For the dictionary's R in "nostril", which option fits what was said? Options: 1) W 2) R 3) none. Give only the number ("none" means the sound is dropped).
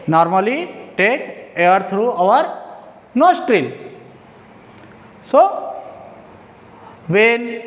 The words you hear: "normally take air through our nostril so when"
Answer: 2